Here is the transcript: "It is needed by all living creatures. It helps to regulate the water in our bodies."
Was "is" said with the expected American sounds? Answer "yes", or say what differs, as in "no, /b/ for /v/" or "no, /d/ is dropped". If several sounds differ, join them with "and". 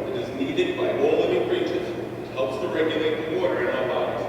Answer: yes